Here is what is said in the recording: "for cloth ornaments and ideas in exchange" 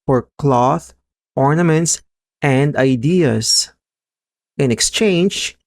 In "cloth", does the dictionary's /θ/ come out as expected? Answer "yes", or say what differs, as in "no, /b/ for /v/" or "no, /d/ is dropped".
yes